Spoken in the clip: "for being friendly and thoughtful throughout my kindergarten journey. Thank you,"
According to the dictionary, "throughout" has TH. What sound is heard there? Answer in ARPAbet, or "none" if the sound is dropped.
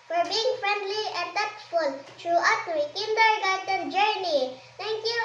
T